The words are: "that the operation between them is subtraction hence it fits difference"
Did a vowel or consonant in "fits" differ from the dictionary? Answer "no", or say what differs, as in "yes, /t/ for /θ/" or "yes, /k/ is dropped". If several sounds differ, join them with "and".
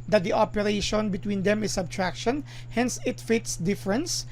no